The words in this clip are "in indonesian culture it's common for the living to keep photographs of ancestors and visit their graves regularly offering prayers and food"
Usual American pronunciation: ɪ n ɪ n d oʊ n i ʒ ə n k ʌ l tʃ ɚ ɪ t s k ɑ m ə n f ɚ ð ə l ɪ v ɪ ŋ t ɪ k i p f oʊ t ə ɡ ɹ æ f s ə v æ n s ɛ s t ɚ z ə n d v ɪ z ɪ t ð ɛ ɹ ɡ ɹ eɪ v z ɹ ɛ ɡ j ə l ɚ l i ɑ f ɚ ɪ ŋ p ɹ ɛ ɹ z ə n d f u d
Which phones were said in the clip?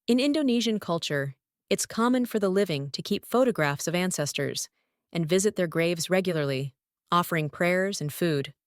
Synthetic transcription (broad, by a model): ɪ n ɪ n d oʊ n i ʒ ə n k ʌ l tʃ ɚ ɪ t s k ɑ m ə n f ɚ ð ə l ɪ v ɪ ŋ t ɪ k i p f oʊ t ə ɡ ɹ æ f s ə v æ n s ɛ s t ɚ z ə n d v ɪ z ɪ t ð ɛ ɹ ɡ ɹ eɪ v z ɹ ɛ ɡ j l ɚ l i ɑ f ɚ ɪ ŋ p ɹ ɛ ɹ z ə n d f u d